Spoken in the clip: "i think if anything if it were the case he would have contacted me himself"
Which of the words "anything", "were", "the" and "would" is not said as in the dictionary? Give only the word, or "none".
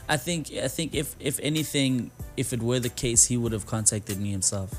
none